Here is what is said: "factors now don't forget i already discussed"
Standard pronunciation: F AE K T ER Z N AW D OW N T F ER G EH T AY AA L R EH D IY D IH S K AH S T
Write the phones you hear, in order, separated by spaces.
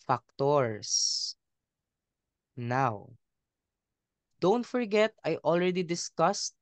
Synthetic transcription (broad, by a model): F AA K T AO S N AW D OW N T F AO G EH T AY AA L R EH D IY D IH S K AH S T